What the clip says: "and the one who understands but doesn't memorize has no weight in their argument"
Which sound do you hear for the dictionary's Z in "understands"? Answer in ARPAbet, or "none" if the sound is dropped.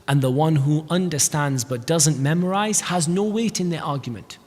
Z